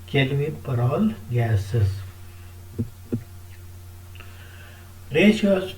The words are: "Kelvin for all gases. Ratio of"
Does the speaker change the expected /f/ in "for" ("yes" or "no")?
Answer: yes